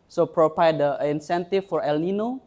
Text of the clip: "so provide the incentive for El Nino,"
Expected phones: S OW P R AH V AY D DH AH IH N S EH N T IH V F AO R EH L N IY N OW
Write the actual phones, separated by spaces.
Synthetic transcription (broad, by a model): S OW P R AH P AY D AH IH N S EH N T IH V F AO R EH L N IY N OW